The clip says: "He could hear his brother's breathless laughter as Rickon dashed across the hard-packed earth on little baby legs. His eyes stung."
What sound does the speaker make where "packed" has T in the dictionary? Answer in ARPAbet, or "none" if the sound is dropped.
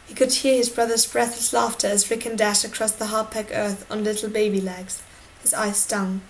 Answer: none